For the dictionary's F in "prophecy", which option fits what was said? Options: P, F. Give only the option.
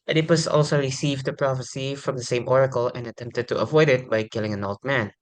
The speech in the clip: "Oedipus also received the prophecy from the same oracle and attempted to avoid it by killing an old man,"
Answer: F